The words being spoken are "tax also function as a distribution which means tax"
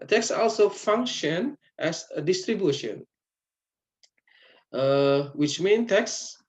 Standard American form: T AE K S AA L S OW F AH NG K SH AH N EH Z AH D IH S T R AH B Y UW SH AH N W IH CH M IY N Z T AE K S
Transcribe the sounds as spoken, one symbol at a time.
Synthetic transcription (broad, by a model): T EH K S AA L S OW F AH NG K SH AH N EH S AH D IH S T R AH B Y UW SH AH N W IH CH M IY N T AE K S